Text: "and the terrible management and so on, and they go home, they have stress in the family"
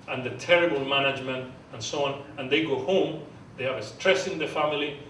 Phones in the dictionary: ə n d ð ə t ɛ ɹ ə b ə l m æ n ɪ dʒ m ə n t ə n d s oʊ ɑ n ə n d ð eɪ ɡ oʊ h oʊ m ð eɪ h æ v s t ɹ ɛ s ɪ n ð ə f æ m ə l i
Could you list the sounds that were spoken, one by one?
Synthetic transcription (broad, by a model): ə n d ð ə t ɛ ɹ ə b ə l m æ n ɪ dʒ m ə n t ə n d s oʊ ɑ n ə n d ð eɪ ɡ oʊ h oʊ m ð eɪ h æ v s t ɹ ɛ s ɪ n ð ə f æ m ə l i